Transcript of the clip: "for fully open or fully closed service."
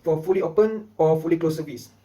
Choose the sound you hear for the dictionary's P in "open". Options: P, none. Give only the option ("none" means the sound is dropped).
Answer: P